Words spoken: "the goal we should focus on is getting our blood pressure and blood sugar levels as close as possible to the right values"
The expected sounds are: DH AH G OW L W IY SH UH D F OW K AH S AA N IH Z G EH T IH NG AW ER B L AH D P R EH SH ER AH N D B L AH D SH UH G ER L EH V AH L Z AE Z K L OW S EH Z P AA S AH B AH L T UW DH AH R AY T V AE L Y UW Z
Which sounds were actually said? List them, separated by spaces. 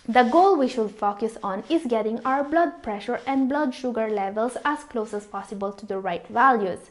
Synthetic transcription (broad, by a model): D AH G OW L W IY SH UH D F OW K AH S AA N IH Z G EH T IH NG AW ER B L AH D P R EH SH ER AH N D B L AH D SH UH G ER L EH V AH L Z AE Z K L OW S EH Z P AA S AH B AH L T UW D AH R AY T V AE L Y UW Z